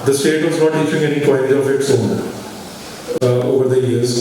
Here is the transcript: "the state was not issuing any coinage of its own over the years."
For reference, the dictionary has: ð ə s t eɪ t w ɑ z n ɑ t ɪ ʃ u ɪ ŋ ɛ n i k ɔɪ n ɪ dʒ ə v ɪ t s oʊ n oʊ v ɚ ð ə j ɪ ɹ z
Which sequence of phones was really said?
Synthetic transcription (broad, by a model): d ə s t eɪ t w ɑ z n ɑ t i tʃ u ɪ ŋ ɛ n i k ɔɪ ɪ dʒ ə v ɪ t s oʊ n oʊ v ɚ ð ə j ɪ ɹ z